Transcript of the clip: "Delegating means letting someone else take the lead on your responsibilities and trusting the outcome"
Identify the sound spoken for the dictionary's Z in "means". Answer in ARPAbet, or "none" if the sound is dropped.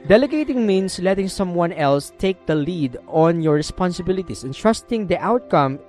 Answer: S